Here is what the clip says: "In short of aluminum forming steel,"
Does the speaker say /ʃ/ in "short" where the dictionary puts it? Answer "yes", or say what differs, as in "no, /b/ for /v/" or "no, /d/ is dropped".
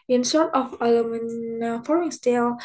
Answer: no, /s/ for /ʃ/